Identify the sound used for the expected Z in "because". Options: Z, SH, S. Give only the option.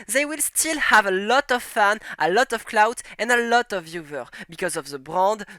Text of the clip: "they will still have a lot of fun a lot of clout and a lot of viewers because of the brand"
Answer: Z